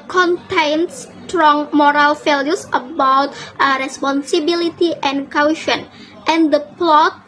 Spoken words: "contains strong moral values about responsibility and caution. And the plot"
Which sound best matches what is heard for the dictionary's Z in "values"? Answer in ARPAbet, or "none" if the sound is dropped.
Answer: S